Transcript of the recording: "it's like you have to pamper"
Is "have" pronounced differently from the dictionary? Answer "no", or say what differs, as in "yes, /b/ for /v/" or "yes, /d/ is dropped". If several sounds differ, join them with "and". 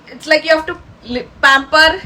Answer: yes, /f/ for /v/